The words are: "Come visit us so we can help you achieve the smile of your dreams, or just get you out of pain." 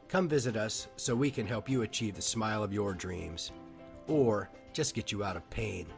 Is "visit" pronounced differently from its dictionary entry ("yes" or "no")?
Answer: no